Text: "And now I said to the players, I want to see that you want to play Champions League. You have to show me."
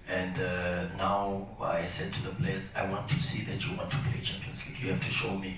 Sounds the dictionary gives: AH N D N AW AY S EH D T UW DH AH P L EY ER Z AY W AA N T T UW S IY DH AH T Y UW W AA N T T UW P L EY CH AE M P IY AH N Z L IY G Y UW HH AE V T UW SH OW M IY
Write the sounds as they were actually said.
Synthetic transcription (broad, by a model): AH N D N AW AY S EH D T UW DH AH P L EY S AY W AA N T T UW S IY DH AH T Y UW W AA N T T UW P L EY CH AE M P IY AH N S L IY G Y UW HH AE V T UW SH OW M IY